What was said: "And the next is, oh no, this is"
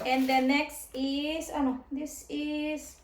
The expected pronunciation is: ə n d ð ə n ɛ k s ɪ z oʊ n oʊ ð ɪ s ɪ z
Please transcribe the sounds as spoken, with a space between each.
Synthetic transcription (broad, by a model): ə n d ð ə n ɛ k s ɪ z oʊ n oʊ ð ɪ s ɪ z